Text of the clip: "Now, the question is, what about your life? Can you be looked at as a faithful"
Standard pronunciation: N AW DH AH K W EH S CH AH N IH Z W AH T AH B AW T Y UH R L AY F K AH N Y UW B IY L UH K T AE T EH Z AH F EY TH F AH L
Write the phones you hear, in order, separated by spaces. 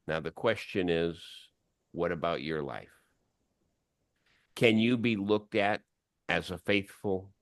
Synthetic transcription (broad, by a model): N AW DH AH K W EH S CH AH N IH Z W AH T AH B AW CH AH R L AY F K AH N Y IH B IY L UH K T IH T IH Z AH F EY TH F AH L